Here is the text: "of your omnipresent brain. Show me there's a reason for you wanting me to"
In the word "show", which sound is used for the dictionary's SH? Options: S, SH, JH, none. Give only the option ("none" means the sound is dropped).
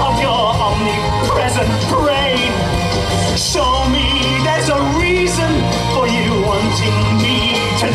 S